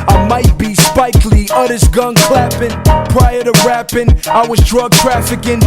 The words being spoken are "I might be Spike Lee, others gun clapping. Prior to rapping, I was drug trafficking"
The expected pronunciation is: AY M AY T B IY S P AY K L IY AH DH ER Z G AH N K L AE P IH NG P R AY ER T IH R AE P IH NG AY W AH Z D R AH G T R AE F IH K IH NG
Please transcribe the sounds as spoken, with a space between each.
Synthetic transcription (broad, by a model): AY M AY T B IY S P AY K L IY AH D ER S G AH N K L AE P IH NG P R AY ER T IH R AE P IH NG AY W AH Z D R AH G T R AE F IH K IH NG